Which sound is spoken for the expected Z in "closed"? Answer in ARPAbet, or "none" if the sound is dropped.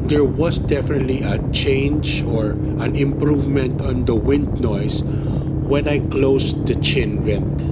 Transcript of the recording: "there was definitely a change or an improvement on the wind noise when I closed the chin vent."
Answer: S